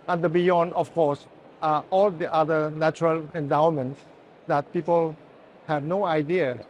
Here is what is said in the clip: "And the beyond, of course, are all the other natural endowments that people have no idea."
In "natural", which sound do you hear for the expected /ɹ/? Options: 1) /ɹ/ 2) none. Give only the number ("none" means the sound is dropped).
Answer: 1